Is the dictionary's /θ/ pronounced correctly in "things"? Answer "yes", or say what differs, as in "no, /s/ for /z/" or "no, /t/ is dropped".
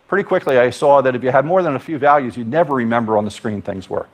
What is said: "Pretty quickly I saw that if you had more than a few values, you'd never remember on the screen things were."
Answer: yes